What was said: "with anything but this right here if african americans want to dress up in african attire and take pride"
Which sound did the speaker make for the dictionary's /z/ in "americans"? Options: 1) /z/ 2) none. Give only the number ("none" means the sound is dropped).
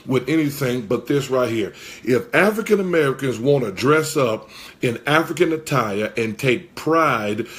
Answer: 1